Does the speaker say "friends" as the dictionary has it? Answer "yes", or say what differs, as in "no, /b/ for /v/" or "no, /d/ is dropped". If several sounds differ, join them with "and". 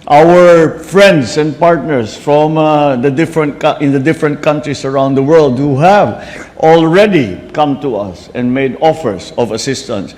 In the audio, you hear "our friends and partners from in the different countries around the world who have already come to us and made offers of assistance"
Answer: no, /s/ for /z/